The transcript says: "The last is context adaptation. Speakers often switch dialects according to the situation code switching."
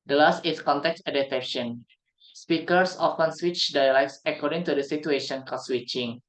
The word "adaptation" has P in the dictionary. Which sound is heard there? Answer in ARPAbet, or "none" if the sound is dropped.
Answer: none